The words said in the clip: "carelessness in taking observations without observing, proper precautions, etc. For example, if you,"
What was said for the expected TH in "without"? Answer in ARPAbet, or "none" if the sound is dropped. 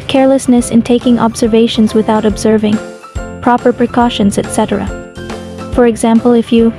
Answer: TH